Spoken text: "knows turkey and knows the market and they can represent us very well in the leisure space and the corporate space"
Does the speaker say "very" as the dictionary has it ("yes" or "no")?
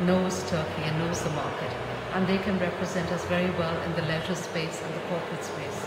yes